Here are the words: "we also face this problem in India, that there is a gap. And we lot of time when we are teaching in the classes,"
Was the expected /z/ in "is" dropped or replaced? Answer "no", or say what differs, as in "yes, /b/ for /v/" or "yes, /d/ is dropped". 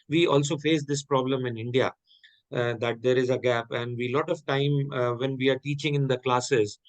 no